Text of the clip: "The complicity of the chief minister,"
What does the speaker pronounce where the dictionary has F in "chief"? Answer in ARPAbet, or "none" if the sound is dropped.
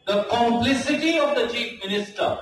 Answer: F